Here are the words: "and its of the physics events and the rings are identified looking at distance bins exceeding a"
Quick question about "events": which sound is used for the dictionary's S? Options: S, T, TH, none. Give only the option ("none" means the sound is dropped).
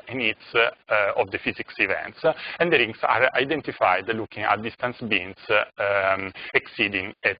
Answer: S